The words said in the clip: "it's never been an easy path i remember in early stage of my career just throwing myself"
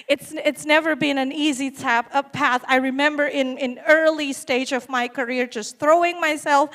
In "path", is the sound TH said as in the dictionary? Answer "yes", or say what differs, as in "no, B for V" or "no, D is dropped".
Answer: yes